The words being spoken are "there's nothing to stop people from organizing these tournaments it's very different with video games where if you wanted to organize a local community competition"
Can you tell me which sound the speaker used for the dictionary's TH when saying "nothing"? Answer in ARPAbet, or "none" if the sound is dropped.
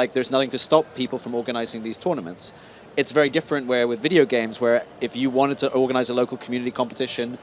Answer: TH